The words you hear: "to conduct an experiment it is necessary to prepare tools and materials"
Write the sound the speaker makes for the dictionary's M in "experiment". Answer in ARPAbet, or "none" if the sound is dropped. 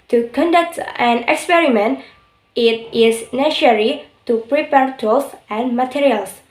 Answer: M